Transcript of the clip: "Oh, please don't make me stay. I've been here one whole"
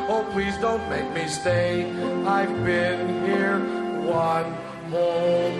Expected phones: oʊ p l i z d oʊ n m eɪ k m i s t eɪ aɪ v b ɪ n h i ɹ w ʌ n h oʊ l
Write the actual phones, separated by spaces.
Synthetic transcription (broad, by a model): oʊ p l i z d oʊ n m eɪ k m i s t eɪ aɪ v b ɪ n h i ɹ w ʌ n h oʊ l